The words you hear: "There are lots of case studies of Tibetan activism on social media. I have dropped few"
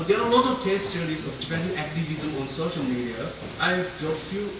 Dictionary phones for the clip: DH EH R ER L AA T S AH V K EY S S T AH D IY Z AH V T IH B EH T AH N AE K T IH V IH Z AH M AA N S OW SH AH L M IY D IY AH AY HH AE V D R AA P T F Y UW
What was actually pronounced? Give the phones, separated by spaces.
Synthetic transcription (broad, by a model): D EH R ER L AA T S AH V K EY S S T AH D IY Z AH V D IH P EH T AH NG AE K T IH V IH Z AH M AA N S OW SH AH L M IY D IY AH AY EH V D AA T F Y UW